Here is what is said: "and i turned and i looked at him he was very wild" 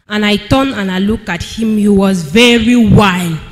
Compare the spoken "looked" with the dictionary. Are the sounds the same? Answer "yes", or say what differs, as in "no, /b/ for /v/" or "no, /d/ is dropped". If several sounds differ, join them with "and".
no, /t/ is dropped